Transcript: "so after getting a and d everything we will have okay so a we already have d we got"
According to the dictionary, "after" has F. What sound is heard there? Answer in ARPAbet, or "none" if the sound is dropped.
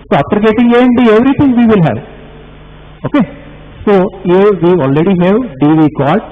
P